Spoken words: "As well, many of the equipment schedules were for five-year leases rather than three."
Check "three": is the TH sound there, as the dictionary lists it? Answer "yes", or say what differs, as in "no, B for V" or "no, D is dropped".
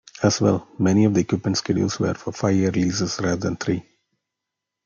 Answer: no, T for TH